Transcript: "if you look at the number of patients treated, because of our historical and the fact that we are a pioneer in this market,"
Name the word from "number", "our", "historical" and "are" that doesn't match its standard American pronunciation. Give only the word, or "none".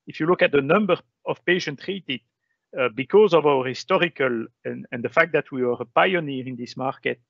none